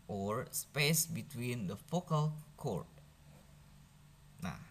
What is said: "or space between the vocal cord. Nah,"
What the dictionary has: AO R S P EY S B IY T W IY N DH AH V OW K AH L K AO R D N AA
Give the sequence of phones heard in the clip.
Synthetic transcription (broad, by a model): AO R S P EY S B IY T W IY N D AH F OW K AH L K AO R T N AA